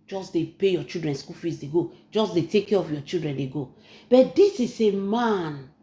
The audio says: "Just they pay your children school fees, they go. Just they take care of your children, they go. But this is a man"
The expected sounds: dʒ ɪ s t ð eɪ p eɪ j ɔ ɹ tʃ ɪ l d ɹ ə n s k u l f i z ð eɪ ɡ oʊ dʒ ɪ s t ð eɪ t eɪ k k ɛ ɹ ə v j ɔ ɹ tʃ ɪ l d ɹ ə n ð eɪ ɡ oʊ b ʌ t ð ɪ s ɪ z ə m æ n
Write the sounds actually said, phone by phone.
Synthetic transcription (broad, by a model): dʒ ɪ s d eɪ p eɪ j ɔ tʃ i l d ɹ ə n s k u l f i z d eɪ ɡ oʊ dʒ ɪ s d eɪ t eɪ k k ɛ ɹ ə f j ɔ tʃ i l d ɹ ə n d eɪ ɡ oʊ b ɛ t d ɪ s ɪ s ə m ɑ n